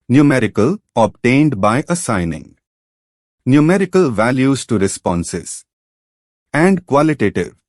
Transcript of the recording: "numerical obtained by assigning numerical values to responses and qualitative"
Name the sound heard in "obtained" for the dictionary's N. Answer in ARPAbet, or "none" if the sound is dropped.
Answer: N